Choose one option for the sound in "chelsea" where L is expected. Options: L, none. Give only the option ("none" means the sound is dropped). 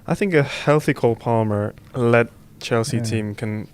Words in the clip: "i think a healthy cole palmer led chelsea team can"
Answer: L